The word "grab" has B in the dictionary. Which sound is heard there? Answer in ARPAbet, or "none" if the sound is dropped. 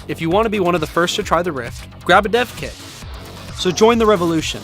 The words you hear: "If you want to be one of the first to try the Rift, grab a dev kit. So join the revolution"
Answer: B